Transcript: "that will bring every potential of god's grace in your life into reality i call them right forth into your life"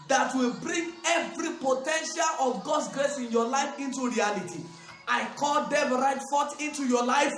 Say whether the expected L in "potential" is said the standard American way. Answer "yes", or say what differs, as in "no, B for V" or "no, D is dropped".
yes